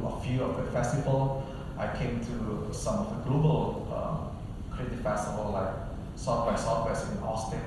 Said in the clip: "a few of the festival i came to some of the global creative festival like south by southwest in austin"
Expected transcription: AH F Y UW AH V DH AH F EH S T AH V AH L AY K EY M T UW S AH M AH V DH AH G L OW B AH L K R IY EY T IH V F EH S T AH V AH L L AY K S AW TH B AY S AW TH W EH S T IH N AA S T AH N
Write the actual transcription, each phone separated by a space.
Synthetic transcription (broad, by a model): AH F Y UW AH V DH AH F EH S T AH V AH L AY K EY M T UW S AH M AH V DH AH G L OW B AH L K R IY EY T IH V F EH S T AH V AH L L AY K S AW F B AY S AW F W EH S IH N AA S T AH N